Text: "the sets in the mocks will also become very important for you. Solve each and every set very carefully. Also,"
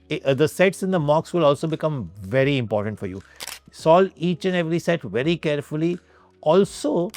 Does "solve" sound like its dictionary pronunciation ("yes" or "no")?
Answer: no